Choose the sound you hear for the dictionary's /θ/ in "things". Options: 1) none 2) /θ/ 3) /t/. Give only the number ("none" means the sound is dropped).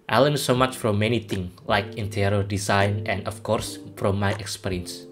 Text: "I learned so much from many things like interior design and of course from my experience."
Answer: 3